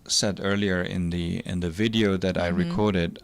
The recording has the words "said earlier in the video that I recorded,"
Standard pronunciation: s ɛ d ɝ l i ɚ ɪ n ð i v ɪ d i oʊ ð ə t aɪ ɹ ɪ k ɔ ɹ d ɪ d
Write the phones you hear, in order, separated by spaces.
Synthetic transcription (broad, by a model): s ɛ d ɝ l i ɚ ɪ n ð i v ɪ d i oʊ ð ə t aɪ ɹ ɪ k ɔ ɹ d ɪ d